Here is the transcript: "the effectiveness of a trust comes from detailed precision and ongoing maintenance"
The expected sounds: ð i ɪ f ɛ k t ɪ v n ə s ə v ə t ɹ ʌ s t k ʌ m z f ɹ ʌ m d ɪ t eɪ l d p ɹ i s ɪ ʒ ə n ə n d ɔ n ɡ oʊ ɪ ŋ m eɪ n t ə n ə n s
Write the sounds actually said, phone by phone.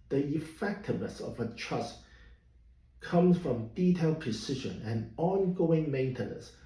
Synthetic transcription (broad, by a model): ð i ɪ f ɛ k t ɪ v n ə s ə v ə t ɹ ʌ s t k ʌ m z f ɹ ʌ m d ɪ t eɪ l d p ɹ i s ɪ ʒ ə n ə n ɔ n ɡ oʊ ɪ ŋ m eɪ n t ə n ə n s